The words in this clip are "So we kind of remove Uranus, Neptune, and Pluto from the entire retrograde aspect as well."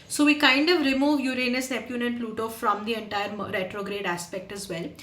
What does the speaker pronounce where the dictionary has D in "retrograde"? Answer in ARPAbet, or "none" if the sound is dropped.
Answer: D